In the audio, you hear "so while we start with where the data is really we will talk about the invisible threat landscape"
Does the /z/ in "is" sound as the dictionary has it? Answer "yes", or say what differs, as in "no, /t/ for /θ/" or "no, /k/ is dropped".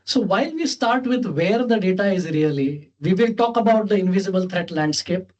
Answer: yes